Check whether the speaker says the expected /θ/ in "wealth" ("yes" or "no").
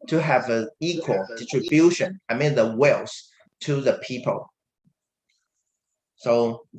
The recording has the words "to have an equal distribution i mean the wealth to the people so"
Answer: no